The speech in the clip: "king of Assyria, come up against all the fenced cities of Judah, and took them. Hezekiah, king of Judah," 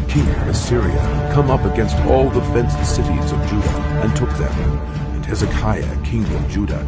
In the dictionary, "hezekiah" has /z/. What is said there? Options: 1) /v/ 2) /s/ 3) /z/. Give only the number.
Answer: 3